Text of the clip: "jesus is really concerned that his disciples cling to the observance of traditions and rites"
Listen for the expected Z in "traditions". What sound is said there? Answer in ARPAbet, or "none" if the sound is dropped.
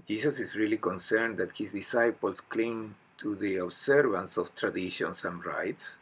S